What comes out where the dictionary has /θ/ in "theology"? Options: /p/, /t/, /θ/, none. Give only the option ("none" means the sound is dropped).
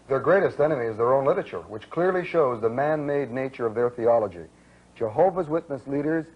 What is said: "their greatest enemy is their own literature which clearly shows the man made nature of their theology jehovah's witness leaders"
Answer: /θ/